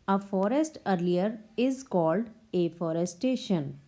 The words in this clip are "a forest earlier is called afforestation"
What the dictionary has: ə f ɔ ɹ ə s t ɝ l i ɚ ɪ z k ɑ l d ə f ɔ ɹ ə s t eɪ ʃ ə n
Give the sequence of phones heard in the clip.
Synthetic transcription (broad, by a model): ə f ɔ ɹ ə s t ɝ l i ɚ ɪ z k ɑ l d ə f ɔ ɹ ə s t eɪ ʃ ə n